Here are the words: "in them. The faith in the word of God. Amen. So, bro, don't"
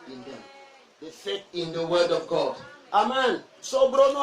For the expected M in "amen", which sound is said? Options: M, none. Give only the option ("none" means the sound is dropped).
M